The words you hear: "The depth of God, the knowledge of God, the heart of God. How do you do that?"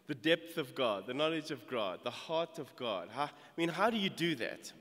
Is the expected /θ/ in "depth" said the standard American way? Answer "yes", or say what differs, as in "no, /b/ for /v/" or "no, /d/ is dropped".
yes